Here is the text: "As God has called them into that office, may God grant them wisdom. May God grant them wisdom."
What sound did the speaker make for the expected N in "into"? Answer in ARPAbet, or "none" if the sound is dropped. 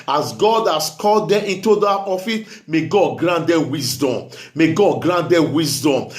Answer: N